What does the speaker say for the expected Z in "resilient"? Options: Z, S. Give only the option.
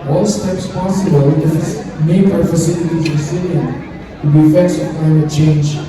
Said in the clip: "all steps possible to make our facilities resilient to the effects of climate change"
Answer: S